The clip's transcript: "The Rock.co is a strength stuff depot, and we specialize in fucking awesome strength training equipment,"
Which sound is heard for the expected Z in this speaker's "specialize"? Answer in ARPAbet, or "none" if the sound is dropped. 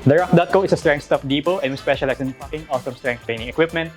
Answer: S